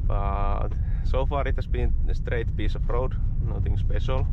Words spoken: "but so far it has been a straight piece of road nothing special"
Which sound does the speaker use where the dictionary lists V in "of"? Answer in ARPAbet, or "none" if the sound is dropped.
P